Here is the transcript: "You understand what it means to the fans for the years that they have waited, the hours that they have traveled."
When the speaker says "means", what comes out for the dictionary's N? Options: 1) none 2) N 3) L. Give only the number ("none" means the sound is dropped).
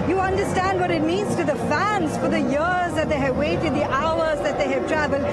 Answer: 2